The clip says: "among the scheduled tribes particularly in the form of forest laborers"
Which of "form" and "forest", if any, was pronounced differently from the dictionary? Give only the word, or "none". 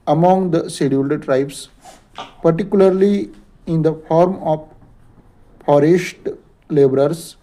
forest